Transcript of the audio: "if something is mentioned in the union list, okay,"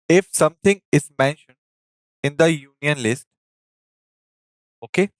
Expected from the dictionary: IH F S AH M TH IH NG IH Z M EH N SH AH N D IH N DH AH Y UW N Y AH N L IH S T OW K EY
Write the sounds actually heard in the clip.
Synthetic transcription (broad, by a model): IH F S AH M T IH NG IH Z M EH N SH AH N D IH N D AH Y UW N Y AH N L IH S T OW K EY